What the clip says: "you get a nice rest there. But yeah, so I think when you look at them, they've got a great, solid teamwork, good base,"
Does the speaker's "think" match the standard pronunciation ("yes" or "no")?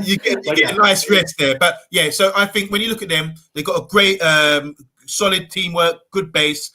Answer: yes